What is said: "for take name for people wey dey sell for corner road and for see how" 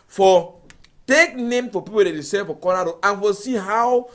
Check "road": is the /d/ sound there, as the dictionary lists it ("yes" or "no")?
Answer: no